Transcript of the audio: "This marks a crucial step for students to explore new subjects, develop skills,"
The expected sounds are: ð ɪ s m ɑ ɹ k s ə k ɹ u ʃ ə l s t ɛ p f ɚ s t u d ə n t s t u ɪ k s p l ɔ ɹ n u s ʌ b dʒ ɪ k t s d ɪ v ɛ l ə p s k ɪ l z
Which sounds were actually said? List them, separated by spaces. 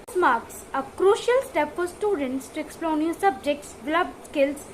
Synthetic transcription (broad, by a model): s m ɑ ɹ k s ə k ɹ u ʃ ə l s t ɛ p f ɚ s t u d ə n t s t u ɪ k s p l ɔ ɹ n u s ʌ b dʒ ɪ k t s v l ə b s k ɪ l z